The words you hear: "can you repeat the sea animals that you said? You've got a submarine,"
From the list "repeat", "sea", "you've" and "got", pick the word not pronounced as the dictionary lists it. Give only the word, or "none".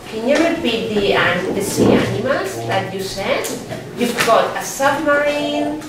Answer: repeat